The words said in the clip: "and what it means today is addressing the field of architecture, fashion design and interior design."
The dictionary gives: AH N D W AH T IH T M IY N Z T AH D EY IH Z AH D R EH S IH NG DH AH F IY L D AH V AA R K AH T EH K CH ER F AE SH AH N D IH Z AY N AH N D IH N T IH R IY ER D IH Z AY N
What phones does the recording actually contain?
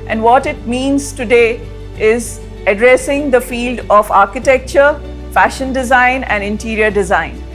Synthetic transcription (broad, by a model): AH N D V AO T IH T M IY N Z T AH D EY IH Z AH D R EH S IH NG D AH F IY L D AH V AA R K AH T EH K CH ER F AE SH AH N D IH Z AY N AH N D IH N T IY R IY ER D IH Z AY N